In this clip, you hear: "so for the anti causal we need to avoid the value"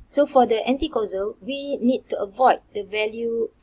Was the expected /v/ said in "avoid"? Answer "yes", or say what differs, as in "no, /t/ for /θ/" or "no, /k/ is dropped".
yes